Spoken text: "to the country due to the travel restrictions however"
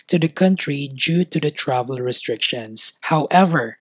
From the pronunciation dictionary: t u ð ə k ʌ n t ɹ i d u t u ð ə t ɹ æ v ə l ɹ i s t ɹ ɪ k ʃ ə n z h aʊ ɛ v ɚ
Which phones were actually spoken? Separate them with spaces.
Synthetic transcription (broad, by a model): t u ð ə k ʌ n t ɹ i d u t u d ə t ɹ æ v ə l ɹ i s t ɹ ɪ k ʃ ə n s h aʊ ɛ v ɚ